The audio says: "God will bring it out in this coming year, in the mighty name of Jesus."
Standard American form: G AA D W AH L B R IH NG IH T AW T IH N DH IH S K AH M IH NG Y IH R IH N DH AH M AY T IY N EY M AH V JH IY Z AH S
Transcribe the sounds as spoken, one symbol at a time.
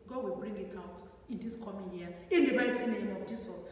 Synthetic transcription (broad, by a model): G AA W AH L B R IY NG IH T AW T IH N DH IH S K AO M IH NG Y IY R IH N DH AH M AY T IY N EY M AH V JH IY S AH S